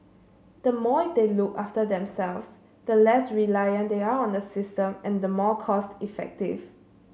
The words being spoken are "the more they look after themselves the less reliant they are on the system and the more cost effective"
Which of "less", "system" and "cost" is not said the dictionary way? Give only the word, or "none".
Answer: none